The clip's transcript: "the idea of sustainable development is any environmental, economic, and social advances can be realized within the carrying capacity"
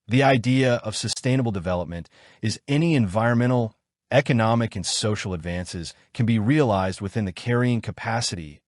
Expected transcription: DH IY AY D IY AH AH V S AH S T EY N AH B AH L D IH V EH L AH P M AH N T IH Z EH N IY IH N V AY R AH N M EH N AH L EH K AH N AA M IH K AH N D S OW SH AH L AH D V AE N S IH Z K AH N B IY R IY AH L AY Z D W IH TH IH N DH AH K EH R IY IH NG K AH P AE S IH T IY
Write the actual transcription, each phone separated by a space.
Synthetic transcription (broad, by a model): DH IY AY D IY AH AH V S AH S T EY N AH B L D IH V EH L AH P M AH N T IH Z EH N IY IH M V AY R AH N M EH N L EH K AH N AA M IH K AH N S OW SH L AH D V AE N S IH Z K AH N B IY R IY AH L AY Z D W IH TH IH N DH AH K EH R IY IH NG K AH P AE S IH T IY